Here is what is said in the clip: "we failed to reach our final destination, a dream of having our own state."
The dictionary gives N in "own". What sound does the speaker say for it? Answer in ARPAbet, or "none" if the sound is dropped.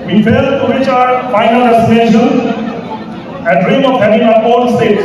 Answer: L